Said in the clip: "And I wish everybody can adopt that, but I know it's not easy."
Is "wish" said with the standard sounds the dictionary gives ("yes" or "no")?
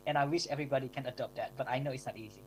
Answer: yes